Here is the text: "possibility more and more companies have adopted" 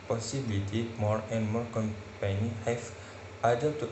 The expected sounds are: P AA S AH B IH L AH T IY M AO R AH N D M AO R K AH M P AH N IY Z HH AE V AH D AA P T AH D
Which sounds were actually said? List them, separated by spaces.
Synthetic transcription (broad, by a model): P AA S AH B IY L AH T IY M AO R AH N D M AO R K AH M P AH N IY HH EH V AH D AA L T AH